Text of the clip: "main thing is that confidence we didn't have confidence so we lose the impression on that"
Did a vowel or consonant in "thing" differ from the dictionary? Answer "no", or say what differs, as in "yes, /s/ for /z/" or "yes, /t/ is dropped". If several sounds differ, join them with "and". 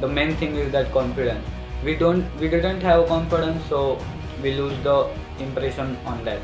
yes, /t/ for /θ/